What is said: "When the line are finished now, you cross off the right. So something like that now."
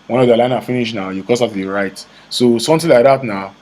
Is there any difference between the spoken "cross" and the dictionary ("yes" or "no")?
yes